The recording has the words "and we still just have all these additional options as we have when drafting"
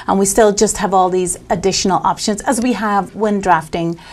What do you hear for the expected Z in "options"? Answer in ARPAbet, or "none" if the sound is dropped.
Z